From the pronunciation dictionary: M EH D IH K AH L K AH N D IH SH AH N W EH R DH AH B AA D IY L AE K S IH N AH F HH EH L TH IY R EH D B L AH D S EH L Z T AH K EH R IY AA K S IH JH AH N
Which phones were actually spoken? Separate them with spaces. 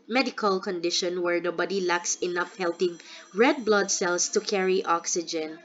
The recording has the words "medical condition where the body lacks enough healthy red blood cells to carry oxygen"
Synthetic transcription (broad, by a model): M EH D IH K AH L K AH N D IH SH AH N W EH R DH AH B AA D IY L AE K S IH N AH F HH EH L T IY R EH D B L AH D S EH L S T AH K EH R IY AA K S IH JH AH N